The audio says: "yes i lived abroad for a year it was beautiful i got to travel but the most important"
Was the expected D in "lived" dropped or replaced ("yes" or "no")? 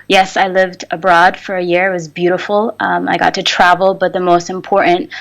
no